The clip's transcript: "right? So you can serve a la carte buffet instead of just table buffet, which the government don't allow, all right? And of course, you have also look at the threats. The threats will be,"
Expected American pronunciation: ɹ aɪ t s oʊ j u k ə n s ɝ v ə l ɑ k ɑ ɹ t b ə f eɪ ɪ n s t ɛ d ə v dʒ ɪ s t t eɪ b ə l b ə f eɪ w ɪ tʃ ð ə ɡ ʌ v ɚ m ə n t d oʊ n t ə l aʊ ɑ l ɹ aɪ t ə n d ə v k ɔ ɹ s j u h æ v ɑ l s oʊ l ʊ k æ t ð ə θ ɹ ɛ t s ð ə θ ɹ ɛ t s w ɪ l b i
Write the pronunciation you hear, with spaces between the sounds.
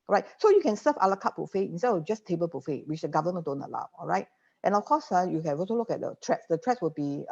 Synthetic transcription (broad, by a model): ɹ aɪ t s oʊ j u k ə n s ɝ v ə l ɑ k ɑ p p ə f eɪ ɪ n s t ɛ d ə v dʒ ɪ s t t eɪ b ə l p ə f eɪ w ɪ tʃ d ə ɡ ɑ v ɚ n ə d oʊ n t ə l aʊ ɑ l ɹ aɪ t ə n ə f k ɔ s j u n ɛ b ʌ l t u l ʊ k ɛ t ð ə t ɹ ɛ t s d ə t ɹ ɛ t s w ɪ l b i